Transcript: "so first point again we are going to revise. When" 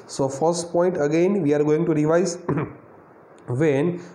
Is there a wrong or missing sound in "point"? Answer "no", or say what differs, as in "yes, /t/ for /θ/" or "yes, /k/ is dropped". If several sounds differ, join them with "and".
no